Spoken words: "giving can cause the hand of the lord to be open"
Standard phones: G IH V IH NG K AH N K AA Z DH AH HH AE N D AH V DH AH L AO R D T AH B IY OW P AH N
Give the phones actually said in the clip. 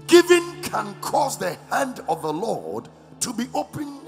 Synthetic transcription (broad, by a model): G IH V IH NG K AH N K AA Z DH AH HH AE N D AH V DH AH L AO R D T AH B IY OW P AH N